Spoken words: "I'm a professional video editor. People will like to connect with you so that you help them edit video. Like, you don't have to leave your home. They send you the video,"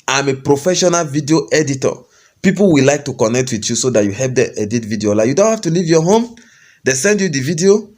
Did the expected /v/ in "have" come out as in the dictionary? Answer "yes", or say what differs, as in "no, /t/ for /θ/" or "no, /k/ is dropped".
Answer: no, /f/ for /v/